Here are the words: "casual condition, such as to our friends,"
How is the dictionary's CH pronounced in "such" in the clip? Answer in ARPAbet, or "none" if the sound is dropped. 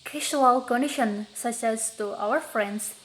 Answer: S